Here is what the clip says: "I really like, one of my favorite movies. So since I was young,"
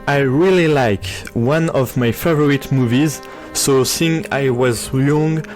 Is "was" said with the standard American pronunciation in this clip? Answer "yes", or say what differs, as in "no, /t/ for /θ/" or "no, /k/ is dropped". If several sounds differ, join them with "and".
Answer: yes